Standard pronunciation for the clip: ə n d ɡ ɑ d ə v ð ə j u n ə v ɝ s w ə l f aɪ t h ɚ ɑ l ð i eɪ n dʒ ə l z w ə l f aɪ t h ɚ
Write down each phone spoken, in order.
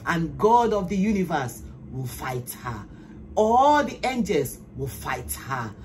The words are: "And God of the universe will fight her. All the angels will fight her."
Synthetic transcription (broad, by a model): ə n ɡ ɑ d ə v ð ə j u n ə v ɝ s w ə l f aɪ t h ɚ ɑ l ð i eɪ n dʒ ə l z w ə l f aɪ t h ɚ